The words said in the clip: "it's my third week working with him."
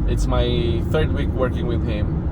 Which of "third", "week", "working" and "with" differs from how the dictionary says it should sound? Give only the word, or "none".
none